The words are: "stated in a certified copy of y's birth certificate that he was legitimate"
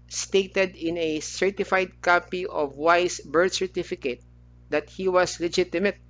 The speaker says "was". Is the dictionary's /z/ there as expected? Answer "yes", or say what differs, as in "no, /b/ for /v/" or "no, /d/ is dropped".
no, /s/ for /z/